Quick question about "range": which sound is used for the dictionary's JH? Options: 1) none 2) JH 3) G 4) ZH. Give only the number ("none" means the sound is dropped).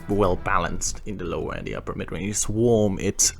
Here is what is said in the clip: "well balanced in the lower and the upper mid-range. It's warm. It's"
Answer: 1